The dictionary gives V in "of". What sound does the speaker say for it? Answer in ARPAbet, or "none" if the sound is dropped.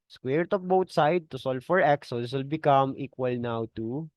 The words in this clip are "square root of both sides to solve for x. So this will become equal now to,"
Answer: P